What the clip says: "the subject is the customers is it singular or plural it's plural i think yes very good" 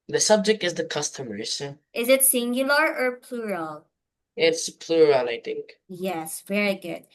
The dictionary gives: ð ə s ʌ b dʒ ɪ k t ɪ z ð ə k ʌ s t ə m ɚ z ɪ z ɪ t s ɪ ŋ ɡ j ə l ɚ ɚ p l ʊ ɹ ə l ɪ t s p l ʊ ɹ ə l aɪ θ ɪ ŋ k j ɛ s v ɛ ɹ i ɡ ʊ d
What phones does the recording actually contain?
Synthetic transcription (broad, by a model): ð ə s ʌ b dʒ ɪ k t ɪ z ð ə k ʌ s t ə m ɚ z ɪ z ɪ t s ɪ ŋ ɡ j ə l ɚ ɚ p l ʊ ɹ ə l ɪ t s p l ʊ ɹ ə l aɪ θ ɪ ŋ k j ɛ s v ɛ ɹ i ɡ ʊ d